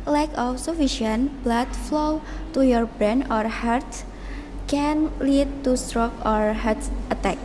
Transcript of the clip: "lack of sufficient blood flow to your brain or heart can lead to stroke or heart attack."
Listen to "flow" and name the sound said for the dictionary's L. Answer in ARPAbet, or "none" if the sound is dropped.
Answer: L